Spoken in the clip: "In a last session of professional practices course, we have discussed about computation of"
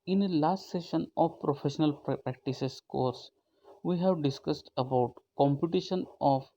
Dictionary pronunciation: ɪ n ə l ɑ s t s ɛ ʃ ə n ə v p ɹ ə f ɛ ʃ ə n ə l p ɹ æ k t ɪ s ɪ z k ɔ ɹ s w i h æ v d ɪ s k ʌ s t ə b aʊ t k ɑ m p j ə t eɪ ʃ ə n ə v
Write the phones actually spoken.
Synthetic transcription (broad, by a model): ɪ n ə l ɑ s t s ɛ ʃ ə n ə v p ɹ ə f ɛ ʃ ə n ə l p ɹ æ k t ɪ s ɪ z k ɔ ɹ s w i h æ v d ɪ s k ʌ s t ə b aʊ t k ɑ m p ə t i ʃ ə n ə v